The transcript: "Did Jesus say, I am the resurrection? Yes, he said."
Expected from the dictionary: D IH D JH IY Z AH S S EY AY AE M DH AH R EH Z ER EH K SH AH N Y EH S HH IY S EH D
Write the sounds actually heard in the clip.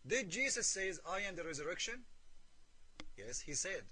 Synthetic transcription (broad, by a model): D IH D JH IY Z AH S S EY AY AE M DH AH R EH Z ER EH K SH AH N Y EH S HH IY S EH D